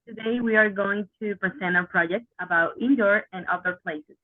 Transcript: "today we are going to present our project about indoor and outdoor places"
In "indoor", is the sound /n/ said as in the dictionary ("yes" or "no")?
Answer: yes